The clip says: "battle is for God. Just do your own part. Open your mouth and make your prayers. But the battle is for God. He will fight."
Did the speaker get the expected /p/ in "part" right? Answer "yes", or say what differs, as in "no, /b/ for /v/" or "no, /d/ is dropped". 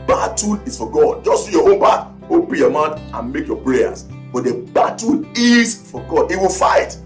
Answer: no, /b/ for /p/